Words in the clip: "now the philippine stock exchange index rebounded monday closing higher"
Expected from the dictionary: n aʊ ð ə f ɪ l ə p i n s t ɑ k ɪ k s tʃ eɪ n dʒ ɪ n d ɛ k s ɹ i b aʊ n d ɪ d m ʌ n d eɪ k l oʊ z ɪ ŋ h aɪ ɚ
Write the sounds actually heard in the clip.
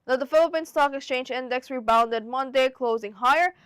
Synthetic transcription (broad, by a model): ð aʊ ð ə f ɪ l ə p i n s t ɑ k ɪ k s tʃ eɪ n dʒ ɪ n d ɛ k s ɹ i b aʊ n d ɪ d m ʌ n d eɪ k l oʊ z ɪ ŋ h aɪ ɚ